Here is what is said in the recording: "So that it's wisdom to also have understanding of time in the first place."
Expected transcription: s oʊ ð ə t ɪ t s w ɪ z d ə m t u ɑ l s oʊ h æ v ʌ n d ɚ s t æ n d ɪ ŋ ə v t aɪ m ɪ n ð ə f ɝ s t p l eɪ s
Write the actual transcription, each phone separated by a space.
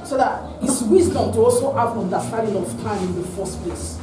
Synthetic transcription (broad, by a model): s oʊ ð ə t ɪ t s w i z d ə m t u ɑ l s oʊ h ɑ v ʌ n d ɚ s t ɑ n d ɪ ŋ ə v t aɪ m ɪ n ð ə f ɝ s t p l eɪ s